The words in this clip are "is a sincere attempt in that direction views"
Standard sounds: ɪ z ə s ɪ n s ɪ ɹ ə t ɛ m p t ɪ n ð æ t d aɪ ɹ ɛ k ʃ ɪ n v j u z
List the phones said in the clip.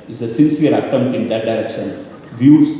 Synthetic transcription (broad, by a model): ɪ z ə s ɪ n s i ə t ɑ p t ɪ n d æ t d aɪ ɹ ɛ k ʃ ɪ n v j u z